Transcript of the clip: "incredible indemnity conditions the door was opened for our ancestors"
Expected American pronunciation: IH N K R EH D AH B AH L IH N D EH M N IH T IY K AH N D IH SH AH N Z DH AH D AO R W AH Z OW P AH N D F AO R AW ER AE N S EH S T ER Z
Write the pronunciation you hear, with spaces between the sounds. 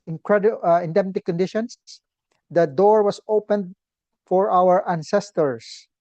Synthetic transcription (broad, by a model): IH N K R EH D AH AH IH N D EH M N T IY K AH N D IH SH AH N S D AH D AO R W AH S OW P AH N D F AO R AW ER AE N S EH S T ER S